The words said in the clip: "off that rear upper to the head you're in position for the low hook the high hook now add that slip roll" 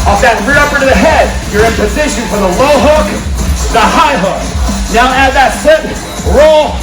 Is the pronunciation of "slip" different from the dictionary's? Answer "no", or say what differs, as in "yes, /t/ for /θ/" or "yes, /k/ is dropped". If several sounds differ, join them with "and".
yes, /l/ is dropped